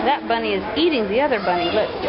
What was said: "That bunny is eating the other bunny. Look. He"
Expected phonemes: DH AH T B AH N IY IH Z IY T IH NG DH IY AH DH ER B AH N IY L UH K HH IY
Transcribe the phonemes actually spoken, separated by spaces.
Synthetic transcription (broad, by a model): DH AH T B AH N IY IH Z IY T IH NG DH IY AH DH ER B AH N IY L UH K